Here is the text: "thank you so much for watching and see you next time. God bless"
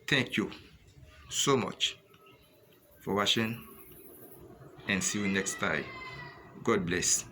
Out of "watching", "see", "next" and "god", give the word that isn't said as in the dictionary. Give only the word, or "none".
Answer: watching